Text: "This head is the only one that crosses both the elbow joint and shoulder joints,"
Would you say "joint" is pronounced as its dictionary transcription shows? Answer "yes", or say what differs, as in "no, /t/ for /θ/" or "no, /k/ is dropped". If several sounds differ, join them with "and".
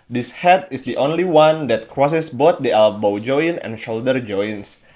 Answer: no, /t/ is dropped